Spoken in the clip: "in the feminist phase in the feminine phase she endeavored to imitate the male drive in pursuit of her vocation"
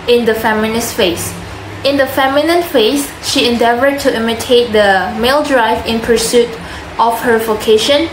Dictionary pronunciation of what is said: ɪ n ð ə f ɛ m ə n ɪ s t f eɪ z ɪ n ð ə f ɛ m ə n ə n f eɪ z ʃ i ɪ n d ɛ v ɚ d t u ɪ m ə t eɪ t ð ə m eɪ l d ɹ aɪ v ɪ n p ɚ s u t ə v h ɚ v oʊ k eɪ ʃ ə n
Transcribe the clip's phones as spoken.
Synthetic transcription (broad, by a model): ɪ n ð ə f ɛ m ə n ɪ s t f eɪ s ɪ n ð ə f ɛ m ə n ə n f eɪ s ʃ i ɪ n d ɛ v ɚ d t u ɪ m ə t eɪ t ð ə m eɪ l d ɹ aɪ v ɪ n p ɚ s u t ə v h ɚ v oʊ k eɪ ʃ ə n